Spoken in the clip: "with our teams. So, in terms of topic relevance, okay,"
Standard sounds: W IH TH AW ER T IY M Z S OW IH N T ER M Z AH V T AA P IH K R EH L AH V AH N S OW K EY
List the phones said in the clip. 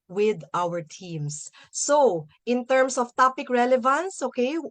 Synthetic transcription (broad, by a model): W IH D AW ER T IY M S OW IH N T ER M S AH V T AA P IH K R EH L AH V AH N S OW K EY